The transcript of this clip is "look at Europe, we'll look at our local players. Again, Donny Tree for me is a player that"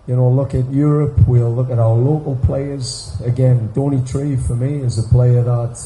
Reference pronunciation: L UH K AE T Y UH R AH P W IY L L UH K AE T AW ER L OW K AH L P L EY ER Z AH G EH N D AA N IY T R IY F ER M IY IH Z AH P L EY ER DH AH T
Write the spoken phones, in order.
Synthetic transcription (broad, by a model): L UH K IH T Y UH R AH P W IY L L UH K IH T AW ER L OW K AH L P L EY ER Z AH G EH N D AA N IY T R IY F ER M IY IH Z AH P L EY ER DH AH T